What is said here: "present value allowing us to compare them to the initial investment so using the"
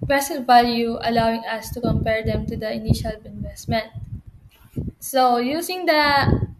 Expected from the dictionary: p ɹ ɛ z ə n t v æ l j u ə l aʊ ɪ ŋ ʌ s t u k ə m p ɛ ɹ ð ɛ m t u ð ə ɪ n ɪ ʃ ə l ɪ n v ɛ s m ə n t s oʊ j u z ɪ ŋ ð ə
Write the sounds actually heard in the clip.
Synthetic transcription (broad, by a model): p ɹ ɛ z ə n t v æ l j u ə l aʊ ɪ ŋ ʌ s t u k ə m p ɛ ɹ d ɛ m t u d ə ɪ n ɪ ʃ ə l ɪ n v ɛ s m ə n t s oʊ j u s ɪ ŋ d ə